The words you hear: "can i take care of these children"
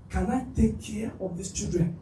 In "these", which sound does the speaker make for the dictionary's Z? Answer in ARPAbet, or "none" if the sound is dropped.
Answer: S